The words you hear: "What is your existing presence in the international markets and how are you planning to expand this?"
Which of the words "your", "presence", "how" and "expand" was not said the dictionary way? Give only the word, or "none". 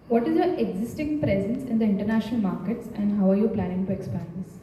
expand